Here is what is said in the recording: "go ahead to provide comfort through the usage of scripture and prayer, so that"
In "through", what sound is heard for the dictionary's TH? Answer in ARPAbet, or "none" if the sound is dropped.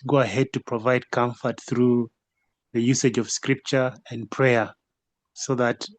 TH